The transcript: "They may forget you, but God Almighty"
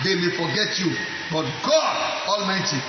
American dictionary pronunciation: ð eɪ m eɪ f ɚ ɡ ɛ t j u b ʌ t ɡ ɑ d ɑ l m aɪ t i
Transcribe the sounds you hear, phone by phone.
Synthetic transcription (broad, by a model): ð eɪ m eɪ f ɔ ɡ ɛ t j u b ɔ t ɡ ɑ ɑ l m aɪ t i